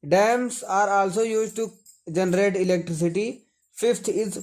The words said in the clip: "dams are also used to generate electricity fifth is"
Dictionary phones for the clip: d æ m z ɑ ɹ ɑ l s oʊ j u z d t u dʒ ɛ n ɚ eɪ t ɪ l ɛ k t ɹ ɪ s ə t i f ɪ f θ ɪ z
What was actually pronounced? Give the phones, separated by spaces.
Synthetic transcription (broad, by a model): d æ m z ɑ ɹ ɑ l s oʊ j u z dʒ t u dʒ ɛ n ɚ eɪ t ɪ l ɛ k t ɹ ɪ s ə t i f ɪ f t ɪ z